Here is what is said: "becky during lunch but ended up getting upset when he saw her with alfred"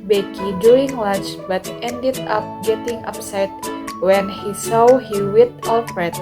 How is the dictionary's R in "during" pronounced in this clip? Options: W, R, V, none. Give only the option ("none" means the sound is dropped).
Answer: none